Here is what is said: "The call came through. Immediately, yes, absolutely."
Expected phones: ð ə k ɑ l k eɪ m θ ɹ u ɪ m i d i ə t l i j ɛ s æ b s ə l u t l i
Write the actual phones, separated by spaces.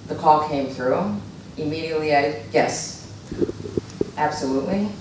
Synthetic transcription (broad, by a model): ð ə k ɑ l k eɪ m θ ɹ u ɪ m i d i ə t l i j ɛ s æ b s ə l u t l i